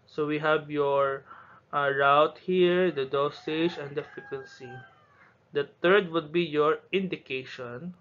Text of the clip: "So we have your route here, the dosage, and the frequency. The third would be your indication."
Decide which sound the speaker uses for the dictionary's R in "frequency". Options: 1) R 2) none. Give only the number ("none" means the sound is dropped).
2